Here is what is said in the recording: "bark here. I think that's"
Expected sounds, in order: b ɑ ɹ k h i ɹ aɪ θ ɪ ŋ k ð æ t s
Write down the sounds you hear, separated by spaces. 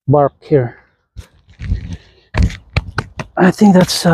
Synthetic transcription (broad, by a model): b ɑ ɹ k h i ɹ aɪ θ ɪ ŋ k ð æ t s